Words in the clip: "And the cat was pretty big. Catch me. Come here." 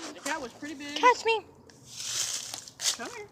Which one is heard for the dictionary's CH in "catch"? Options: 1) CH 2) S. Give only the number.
2